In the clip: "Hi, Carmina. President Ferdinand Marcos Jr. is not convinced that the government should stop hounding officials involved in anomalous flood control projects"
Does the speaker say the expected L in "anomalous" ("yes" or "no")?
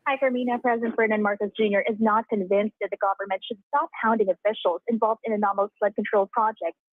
no